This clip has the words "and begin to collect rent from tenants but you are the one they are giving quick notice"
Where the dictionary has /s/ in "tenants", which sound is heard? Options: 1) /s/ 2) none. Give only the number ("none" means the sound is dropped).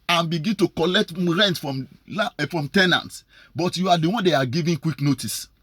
1